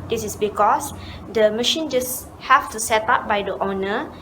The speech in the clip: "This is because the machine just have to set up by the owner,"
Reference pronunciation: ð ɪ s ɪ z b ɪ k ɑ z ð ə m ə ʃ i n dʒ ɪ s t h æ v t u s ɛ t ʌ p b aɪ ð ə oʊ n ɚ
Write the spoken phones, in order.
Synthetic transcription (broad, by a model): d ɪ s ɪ s b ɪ k ɑ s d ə m ə ʃ i n dʒ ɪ s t h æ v t u s ɛ t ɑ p b aɪ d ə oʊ n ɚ